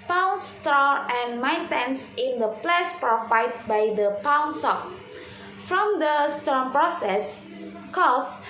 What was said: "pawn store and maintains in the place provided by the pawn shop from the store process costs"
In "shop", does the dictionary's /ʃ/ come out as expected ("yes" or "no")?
no